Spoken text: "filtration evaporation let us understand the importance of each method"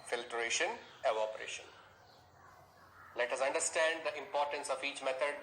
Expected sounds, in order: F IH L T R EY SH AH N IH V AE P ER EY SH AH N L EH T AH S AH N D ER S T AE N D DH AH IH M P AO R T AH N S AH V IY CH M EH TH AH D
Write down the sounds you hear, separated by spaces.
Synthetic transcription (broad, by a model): F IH L T R EY SH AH N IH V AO P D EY SH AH N L EH T AH S AH N D ER S T AE N D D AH IH M P AO R T AH N S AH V IY CH M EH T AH D